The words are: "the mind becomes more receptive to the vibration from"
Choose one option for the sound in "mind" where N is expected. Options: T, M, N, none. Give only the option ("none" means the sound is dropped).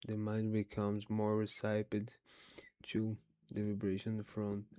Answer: N